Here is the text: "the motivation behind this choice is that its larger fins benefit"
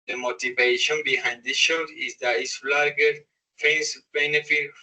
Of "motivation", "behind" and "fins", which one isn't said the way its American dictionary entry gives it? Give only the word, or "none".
fins